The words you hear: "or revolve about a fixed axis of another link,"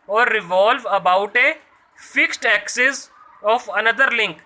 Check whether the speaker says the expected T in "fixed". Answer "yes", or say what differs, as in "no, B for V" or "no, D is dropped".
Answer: yes